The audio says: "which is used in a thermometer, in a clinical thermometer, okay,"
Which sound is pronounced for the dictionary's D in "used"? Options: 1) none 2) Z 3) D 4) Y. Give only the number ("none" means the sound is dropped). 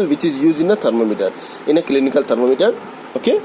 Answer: 1